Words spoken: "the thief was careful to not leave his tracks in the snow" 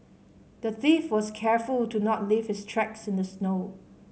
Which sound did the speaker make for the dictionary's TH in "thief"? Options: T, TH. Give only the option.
TH